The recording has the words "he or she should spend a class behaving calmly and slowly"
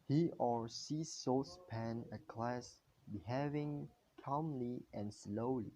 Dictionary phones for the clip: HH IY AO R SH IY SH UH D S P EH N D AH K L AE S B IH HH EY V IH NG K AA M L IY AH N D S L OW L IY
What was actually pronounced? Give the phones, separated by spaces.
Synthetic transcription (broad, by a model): HH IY AO R S IY S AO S P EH N AH K L AE S B IH HH EY V IH NG K AA M L IY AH N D S L OW L IY